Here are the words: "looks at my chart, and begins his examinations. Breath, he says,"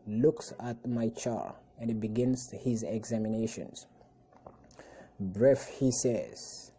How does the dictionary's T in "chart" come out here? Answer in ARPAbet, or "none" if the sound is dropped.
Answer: none